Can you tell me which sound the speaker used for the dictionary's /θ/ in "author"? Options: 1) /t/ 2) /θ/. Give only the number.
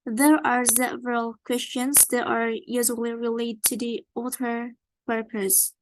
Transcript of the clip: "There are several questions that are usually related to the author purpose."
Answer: 1